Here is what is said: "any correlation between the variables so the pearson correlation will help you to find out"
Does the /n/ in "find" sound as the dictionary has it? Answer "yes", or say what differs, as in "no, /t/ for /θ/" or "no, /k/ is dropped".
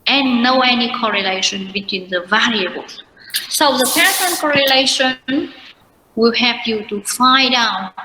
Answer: no, /n/ is dropped